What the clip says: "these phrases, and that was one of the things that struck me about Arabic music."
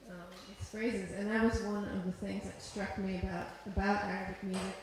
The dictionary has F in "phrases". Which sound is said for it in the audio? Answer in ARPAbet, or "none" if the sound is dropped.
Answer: F